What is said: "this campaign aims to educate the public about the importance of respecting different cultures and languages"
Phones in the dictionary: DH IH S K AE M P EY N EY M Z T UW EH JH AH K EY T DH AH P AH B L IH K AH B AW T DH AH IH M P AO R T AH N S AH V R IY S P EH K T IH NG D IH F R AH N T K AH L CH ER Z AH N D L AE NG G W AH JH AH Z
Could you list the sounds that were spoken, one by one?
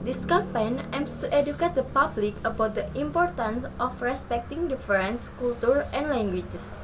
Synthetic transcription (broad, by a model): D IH S K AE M P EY N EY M S T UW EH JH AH K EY T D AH P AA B L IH K AH B AW T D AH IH M P AO R T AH N S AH F R IY S P EH K T IH NG D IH F R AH N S K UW L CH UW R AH N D L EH NG G W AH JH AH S